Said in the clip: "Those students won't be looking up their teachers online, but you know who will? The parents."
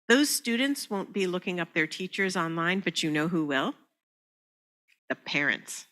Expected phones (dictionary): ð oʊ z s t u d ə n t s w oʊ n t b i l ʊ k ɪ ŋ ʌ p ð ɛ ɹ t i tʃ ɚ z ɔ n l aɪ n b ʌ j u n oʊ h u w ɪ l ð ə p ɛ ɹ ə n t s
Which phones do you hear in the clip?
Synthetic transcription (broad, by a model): ð oʊ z s t u d n t s w oʊ n b i l ʊ k ɪ ŋ ʌ p ð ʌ ɹ t i tʃ ɚ z ɔ n l aɪ n b ʌ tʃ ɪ n oʊ h u w ɪ l ð ə p ɛ ɹ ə n t s